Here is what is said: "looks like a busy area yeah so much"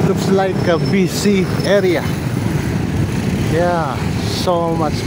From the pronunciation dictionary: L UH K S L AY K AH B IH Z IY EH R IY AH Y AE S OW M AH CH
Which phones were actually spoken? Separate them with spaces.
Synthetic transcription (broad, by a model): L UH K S L AY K AH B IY S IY EH R IY AH Y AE S OW M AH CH